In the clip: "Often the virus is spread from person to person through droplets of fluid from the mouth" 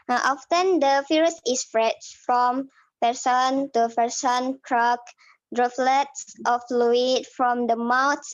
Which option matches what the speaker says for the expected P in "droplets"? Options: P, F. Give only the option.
F